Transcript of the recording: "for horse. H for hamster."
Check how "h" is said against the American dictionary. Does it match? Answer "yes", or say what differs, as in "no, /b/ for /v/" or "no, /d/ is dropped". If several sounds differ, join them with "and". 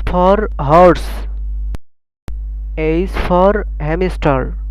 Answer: no, /s/ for /tʃ/